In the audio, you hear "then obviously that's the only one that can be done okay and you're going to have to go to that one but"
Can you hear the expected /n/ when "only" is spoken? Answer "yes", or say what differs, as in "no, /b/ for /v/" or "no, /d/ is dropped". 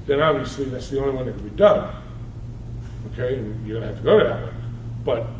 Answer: no, /n/ is dropped